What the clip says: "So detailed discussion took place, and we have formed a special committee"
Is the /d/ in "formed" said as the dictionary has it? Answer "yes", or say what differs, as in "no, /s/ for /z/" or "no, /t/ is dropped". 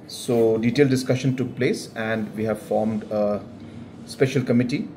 yes